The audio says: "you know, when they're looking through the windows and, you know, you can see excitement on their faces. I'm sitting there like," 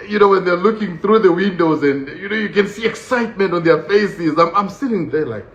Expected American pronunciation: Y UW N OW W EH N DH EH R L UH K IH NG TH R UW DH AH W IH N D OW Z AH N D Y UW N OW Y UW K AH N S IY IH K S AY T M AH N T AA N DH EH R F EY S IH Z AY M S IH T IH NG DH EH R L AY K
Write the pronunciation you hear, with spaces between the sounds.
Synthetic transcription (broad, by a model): Y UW N OW W EH N DH EH R L UH K IH NG TH R UW DH AH W IH N D OW Z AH N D Y UW N OW Y UW K AH N S IY IH K S AY T M AH N T AA N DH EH R F EY S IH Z AY M S IH T IH NG DH EH R L AY K